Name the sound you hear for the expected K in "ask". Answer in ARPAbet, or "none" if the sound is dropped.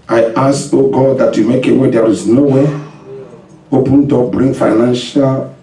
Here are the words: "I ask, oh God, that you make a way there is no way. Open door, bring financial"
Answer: none